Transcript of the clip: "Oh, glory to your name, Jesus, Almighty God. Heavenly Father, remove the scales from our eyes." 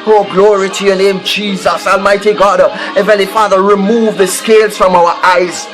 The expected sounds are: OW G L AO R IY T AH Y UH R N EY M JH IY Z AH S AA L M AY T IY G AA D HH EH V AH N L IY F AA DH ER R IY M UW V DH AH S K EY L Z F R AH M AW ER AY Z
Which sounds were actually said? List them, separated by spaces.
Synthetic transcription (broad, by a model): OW G L AO R IY T AH Y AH N EY M JH IY Z AH S AA L M AY T IY G AA D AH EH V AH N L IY F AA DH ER R IY M UW V DH AH S K EY L Z F R AH M AW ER AY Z